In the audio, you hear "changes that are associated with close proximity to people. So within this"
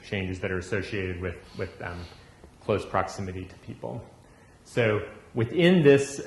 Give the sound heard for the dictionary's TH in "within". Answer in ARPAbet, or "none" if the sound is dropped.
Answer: TH